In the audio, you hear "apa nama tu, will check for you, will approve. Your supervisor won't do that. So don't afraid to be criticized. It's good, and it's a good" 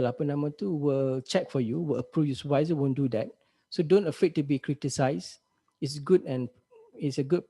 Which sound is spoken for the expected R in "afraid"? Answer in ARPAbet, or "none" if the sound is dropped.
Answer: none